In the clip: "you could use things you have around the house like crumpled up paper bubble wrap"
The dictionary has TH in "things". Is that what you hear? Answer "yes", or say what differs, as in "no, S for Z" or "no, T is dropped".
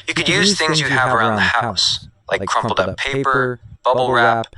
yes